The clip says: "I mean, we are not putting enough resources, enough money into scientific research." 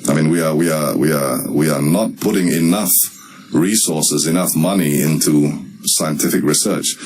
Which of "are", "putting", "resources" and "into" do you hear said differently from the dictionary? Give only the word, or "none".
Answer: are